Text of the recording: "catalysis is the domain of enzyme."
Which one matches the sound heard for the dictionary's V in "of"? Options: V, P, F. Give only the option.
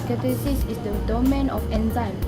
F